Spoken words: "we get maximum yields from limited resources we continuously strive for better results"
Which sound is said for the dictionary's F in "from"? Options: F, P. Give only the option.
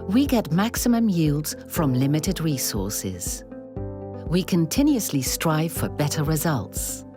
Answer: F